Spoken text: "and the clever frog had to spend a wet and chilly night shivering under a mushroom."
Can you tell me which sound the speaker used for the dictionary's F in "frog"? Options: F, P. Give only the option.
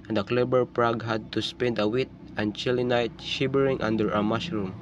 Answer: P